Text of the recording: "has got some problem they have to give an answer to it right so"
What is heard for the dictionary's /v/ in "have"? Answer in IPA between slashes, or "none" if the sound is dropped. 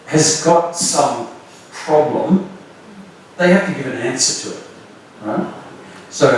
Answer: /f/